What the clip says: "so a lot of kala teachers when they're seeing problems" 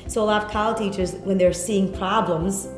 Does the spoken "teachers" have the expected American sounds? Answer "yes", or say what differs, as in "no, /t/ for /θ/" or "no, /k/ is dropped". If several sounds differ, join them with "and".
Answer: yes